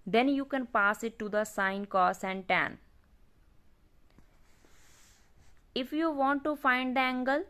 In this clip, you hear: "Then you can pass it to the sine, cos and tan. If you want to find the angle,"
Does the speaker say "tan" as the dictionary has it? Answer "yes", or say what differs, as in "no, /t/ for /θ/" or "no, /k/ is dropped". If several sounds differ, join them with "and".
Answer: yes